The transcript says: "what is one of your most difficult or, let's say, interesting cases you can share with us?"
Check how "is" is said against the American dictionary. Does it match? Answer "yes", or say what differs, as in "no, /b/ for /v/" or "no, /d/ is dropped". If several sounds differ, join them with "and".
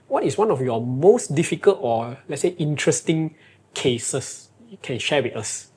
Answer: no, /s/ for /z/